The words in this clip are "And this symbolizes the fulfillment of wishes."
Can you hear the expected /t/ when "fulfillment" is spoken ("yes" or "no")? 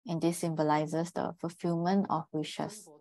no